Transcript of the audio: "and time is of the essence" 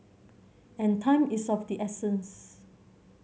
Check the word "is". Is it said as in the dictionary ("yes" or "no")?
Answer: no